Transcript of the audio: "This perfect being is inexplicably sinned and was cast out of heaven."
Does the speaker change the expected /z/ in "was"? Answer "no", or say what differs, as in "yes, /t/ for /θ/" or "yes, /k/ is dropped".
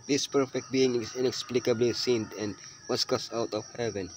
yes, /s/ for /z/